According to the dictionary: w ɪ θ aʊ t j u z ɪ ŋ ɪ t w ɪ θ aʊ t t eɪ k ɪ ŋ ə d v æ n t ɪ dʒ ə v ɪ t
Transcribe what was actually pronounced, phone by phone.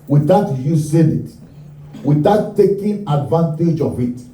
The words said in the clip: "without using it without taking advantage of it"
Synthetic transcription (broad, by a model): w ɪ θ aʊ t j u s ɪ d ɪ t w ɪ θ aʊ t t eɪ k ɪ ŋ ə d v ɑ n t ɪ dʒ ə v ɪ t